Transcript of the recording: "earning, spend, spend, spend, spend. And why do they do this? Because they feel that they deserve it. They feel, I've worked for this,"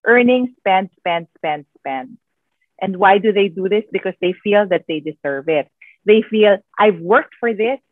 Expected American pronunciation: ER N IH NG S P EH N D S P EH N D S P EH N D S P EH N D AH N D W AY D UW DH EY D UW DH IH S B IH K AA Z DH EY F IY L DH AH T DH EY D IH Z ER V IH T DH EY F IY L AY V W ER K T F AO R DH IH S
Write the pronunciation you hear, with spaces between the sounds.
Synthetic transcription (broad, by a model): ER N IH NG S P EH N D S P EH N D S P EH N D S P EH N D AH N D W AY D UW DH EY D UW DH IH S B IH K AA S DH EY F IY L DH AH T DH EY D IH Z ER V IH T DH EY F IY L AY V W ER K T F AO R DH IH S